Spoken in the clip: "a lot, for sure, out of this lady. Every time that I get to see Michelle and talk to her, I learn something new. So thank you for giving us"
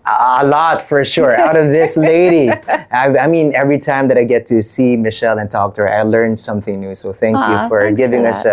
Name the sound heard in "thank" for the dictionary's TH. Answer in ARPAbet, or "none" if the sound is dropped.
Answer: TH